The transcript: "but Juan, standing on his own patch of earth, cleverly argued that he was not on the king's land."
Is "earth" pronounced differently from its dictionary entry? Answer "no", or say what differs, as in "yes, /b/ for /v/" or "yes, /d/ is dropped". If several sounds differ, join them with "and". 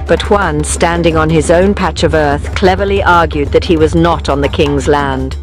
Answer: no